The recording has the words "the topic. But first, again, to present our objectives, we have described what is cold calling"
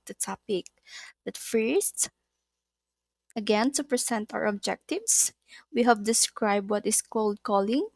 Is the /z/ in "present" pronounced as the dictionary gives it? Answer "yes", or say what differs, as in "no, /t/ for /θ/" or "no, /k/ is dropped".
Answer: no, /s/ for /z/